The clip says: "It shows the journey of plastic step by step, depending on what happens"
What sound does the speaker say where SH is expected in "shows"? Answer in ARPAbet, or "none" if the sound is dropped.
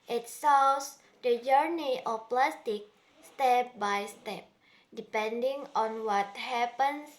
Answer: S